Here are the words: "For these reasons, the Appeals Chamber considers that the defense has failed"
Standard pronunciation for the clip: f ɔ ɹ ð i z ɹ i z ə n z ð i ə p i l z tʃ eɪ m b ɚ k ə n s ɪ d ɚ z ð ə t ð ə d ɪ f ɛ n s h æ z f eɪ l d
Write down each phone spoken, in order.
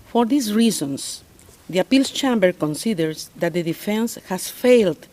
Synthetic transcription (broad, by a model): f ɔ ɹ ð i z ɹ i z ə n s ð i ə p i l s tʃ eɪ m b ɚ k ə n s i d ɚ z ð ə t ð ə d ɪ f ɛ n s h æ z f eɪ l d